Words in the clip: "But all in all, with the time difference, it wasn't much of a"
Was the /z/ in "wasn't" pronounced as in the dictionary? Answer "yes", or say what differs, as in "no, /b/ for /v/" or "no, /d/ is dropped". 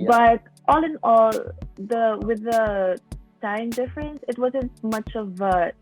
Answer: yes